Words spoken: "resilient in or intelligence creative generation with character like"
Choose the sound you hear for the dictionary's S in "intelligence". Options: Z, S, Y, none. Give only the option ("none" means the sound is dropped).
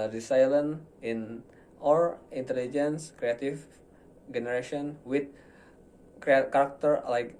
S